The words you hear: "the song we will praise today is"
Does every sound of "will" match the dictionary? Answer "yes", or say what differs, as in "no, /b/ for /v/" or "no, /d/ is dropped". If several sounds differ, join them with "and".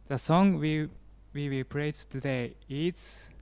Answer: no, /w/ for /l/